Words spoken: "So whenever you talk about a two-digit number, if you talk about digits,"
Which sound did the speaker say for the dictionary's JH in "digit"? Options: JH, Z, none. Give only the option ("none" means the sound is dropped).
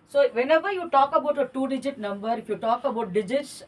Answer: JH